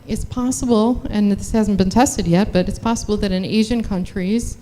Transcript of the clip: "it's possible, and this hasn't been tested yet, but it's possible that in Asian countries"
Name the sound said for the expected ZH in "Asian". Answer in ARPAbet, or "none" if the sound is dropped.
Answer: ZH